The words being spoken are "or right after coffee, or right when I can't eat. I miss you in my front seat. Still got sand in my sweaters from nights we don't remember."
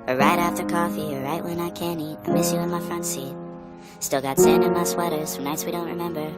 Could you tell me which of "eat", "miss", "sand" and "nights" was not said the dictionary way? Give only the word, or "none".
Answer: sand